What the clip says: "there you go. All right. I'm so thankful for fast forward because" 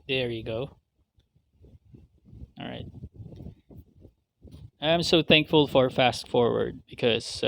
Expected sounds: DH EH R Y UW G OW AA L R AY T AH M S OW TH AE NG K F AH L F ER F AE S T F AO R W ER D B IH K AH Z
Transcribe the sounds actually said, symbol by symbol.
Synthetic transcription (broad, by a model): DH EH R Y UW G OW AA L R AY T AH M S OW TH AE NG K F AH L F ER F AE S T F AO R W ER D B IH K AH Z